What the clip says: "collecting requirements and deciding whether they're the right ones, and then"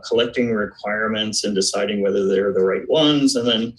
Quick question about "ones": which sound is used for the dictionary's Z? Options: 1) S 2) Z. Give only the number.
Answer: 2